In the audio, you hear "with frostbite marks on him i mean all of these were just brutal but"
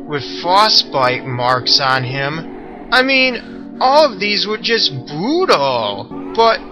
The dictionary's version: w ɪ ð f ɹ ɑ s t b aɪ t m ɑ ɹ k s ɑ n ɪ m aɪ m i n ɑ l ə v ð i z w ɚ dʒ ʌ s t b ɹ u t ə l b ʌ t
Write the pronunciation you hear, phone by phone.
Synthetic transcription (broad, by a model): w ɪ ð f ɑ s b aɪ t m ɑ ɹ k s n ɪ m aɪ m i n ɑ l ə v ð i z w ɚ dʒ ʌ s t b u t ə l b ʌ t